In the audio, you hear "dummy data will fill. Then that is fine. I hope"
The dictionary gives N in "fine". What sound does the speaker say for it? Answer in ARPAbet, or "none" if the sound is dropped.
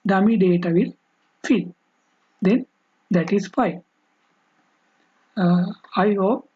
none